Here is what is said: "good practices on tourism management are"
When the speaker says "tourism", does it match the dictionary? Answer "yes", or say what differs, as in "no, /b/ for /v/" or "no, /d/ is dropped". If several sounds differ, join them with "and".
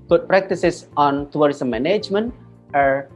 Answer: no, /w/ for /ɹ/